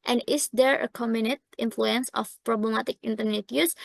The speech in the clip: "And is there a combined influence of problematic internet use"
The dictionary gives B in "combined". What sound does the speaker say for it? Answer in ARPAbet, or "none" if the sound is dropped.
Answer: none